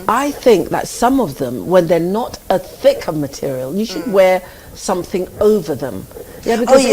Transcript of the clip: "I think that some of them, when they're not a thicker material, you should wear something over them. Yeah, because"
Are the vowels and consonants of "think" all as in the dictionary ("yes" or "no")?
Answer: yes